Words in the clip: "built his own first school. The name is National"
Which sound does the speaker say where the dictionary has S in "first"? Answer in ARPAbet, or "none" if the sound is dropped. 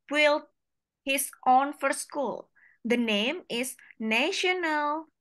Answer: none